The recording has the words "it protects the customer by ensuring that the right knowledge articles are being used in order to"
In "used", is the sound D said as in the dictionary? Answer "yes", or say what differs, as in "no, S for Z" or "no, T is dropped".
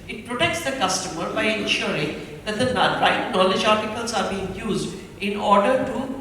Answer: yes